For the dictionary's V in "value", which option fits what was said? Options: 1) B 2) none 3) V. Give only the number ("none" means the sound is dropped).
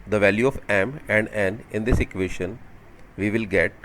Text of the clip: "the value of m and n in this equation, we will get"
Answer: 3